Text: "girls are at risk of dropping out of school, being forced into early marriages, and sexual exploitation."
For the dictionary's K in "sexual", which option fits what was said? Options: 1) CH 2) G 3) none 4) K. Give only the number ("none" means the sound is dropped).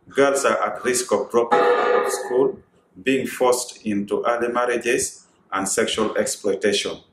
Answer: 4